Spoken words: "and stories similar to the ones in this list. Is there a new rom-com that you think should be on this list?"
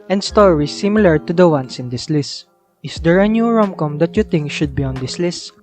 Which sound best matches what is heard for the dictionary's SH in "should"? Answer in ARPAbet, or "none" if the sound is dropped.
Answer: SH